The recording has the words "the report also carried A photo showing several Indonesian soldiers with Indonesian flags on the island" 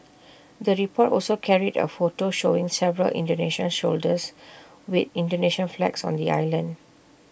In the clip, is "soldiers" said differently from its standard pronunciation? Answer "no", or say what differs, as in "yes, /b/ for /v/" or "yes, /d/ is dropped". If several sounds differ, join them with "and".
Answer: yes, /ʃ/ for /s/ and /s/ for /z/